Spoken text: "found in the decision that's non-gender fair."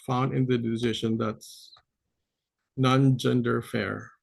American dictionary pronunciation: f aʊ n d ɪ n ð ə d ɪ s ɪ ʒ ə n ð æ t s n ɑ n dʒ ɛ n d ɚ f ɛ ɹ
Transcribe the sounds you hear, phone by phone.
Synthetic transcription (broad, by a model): f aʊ n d ɪ n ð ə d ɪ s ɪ ʃ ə n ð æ t s n ɑ n dʒ ɛ n d ɚ f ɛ ɹ